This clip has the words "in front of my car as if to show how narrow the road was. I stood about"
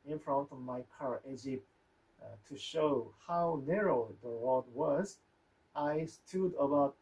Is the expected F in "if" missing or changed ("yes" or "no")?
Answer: yes